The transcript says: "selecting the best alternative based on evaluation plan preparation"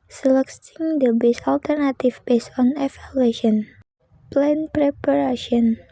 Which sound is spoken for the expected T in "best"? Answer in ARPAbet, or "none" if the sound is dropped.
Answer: none